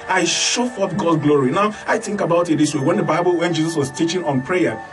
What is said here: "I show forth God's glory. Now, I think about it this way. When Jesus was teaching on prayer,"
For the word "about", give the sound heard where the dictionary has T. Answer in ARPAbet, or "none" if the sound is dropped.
T